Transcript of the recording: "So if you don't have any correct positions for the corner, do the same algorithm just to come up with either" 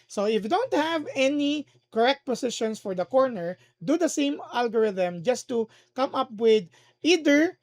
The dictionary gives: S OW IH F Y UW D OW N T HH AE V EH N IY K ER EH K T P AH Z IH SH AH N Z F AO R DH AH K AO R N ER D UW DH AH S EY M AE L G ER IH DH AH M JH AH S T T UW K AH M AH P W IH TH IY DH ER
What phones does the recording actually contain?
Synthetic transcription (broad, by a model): S OW IH F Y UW D OW N T HH AE V EH N IY K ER EH K T P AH S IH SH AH N S F AO R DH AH K AO R N ER D UW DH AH S EY M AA L G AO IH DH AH M JH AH S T T UW K AH M AH P W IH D IY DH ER